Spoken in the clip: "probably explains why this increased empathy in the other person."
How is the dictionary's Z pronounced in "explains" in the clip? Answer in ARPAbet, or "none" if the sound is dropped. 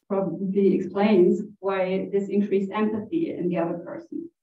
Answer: Z